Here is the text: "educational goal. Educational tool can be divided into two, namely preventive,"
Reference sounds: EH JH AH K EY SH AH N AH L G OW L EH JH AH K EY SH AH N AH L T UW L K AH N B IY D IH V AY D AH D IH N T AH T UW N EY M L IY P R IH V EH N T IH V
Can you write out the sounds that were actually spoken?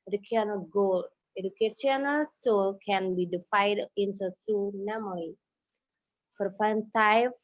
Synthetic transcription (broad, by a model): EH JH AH K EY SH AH N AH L G OW L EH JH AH K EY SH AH N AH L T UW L K AH N B IY D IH F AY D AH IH N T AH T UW N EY M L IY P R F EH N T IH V